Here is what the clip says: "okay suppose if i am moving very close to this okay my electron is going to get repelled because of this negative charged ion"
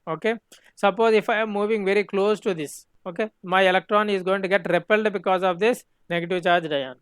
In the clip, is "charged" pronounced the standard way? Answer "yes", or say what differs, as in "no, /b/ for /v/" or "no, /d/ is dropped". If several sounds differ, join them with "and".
yes